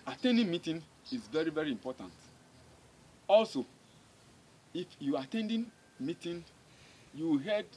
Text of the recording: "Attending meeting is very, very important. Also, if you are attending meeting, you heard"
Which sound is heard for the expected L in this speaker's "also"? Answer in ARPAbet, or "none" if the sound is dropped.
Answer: L